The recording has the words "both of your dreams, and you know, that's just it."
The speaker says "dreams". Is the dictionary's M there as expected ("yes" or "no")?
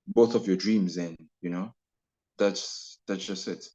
yes